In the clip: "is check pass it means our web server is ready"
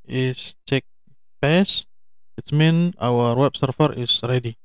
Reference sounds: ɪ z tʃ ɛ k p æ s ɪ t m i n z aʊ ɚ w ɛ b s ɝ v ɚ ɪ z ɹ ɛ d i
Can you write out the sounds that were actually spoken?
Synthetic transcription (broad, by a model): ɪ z tʃ ɛ k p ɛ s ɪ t m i n aʊ ɚ w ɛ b s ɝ f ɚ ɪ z ɹ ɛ d i